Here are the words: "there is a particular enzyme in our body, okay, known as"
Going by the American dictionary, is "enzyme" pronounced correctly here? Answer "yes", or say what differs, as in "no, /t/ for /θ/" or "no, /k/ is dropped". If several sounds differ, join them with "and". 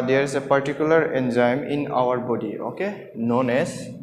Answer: yes